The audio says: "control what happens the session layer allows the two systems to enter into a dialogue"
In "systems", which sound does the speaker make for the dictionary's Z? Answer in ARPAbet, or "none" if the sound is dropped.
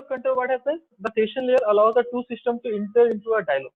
none